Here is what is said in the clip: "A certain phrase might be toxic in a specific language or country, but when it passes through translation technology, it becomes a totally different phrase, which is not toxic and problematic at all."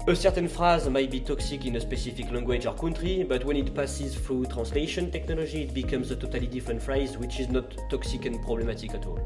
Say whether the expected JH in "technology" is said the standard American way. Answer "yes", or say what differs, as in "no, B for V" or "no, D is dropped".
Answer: no, ZH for JH